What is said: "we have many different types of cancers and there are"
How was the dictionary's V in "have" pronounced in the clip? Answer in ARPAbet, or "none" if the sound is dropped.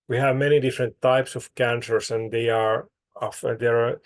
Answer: V